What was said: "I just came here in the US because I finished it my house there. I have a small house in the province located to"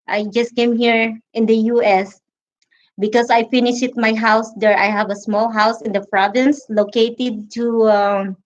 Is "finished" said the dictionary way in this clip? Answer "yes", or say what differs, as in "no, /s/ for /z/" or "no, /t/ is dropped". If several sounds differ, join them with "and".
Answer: no, /t/ is dropped